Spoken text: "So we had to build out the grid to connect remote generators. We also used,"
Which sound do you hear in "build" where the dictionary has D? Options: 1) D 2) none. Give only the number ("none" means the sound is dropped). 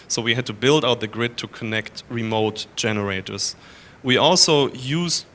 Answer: 1